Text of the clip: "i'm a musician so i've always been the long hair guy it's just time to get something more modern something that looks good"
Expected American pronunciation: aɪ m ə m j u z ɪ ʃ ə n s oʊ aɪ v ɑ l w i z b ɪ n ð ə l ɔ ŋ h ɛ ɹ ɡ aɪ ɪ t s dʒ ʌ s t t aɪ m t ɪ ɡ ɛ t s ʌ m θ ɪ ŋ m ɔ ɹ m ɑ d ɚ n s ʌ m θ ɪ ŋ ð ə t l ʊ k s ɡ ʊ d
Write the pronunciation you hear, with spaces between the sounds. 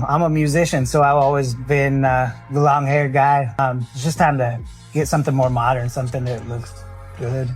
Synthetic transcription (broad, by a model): aɪ m ə m j u z ɪ ʃ ə n s oʊ aɪ v ɑ l w i z b ɪ n ð ə l ɔ ŋ h ɛ ɹ ɡ aɪ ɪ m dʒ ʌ s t t aɪ m t ɪ ɡ ɛ t s ʌ m θ ɪ ŋ m ɔ ɹ m ɑ d ɚ n s ʌ m θ ɪ ŋ ð ə t l ʊ k s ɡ ʊ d